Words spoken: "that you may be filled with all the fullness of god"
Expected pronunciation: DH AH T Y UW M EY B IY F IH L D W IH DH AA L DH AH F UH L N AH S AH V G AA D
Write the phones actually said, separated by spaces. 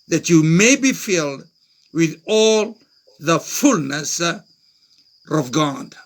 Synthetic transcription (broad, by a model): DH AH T Y UW M EY B IY F IH L D W IH DH AA L DH AH F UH L N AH S AH V G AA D